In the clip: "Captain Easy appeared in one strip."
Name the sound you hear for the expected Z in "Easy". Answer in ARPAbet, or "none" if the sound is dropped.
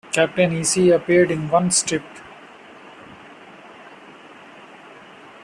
S